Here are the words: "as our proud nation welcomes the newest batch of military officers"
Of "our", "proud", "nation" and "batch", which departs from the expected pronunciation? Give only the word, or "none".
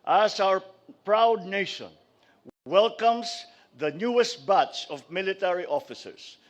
batch